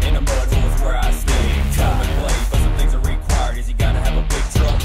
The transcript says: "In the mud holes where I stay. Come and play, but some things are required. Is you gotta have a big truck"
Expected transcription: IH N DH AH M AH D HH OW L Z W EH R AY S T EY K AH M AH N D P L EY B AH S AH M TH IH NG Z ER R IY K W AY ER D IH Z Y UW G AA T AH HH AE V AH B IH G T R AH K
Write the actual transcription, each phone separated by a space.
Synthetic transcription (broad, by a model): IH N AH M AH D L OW Z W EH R AY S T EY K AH AH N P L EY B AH S AH M TH IH NG Z ER R IY K W AY ER D IH Z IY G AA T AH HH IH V AH B IH G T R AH